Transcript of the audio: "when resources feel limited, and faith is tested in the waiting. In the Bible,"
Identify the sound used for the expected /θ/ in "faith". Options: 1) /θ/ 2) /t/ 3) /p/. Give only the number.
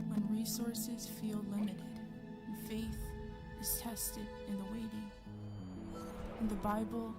1